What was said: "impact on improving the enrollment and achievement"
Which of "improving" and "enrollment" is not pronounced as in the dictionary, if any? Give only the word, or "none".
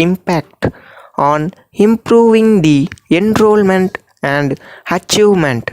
none